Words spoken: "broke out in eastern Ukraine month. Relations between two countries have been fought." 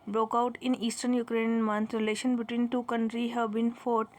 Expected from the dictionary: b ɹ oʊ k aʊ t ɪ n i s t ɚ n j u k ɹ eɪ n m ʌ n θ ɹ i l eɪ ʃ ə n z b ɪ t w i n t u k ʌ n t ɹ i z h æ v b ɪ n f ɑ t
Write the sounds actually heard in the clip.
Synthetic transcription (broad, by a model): b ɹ oʊ k aʊ t ɪ n i s t ɚ n j u k ɹ eɪ n m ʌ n t ɹ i l eɪ ʃ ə n b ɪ t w i n t u k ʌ n t ɹ i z h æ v b ɪ n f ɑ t